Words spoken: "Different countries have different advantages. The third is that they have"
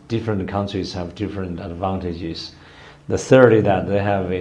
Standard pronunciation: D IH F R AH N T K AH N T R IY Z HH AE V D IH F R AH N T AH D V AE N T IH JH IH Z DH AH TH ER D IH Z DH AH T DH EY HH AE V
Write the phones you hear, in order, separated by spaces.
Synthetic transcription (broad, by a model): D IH F R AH N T K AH N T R IY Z HH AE V D IH F R AH N T AH D V AE N T IH JH IH Z DH AH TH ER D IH DH AH T DH EY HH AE V